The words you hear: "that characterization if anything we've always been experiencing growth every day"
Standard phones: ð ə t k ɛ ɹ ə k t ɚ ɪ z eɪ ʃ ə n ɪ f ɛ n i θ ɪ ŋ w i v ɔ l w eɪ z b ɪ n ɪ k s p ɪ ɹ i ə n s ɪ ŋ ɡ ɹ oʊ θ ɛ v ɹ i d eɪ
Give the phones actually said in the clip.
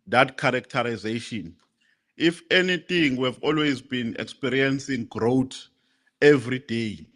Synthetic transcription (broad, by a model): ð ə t k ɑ ɹ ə k t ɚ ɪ z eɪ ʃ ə n ɪ f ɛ n i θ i ŋ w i v ɔ l w eɪ z b ɪ n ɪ k s p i ɹ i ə n s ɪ ŋ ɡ ɹ oʊ t ɛ v ɹ i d eɪ